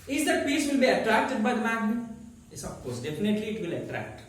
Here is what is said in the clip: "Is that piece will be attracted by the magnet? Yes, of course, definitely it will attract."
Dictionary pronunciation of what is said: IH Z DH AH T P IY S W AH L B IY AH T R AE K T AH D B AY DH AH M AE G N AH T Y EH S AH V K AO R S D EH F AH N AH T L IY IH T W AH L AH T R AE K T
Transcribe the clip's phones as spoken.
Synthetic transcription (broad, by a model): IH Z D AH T P IY S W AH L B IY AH T R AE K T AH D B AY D M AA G AH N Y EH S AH P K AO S D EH P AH N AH T L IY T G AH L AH T R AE K T